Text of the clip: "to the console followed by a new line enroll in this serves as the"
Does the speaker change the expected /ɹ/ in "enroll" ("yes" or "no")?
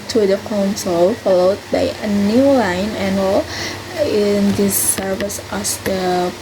yes